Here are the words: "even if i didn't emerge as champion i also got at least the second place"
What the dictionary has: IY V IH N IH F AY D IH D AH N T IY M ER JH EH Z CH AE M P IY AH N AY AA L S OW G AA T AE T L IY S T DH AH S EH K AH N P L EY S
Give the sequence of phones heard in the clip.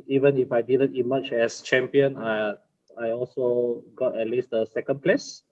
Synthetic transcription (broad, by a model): IY V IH N IH F AY D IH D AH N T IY M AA CH EH S CH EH M P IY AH N AY AA L S OW G AA T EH T L IY S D AH S EH K AH N P L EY S